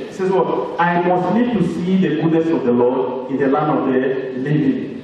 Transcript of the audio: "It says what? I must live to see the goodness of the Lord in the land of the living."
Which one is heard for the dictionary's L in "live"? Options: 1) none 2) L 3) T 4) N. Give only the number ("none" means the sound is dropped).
4